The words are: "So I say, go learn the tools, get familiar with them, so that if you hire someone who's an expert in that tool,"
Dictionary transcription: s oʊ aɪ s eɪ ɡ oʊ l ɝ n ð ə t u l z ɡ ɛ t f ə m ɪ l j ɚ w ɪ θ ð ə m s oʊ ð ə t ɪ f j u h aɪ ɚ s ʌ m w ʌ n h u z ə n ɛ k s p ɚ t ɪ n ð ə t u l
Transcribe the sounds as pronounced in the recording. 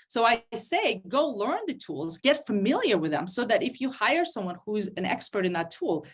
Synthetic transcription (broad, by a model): s oʊ aɪ s eɪ ɡ oʊ l ɝ n ð ə t u l z ɡ ɛ t f ə m ɪ l j ɚ w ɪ ð ə m s oʊ ð ə t ɪ f j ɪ h aɪ ɚ s ʌ m w ʌ n h u z ə n ɛ k s p ɚ t ɪ n ð ə t u l